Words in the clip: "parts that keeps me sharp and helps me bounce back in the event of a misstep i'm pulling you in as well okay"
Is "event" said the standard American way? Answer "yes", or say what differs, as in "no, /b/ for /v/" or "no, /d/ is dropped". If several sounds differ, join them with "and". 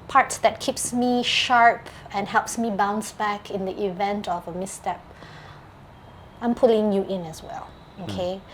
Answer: yes